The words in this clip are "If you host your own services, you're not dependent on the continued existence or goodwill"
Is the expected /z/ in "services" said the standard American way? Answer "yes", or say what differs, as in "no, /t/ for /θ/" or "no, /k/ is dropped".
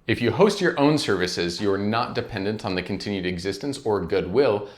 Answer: yes